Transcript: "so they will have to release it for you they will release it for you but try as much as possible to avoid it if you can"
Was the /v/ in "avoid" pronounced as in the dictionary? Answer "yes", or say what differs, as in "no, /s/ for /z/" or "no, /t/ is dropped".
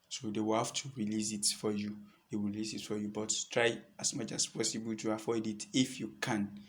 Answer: no, /f/ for /v/